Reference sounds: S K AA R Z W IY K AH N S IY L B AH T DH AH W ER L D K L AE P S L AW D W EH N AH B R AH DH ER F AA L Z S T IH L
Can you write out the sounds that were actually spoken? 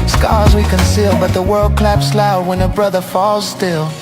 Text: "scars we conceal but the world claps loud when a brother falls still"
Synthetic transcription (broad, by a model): S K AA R Z W IY K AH N S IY L B AH T DH AH W ER L D K L AE P S L AW D W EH N AH B R AH DH ER F AA L Z S T IH L